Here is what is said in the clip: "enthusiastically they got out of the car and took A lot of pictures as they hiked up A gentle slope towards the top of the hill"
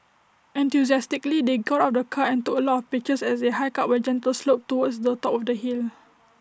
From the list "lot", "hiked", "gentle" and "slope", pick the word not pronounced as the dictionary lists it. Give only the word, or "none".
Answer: hiked